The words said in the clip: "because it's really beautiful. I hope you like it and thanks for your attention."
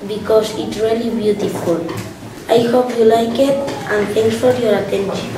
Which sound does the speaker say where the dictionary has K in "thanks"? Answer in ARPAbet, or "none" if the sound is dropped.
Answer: none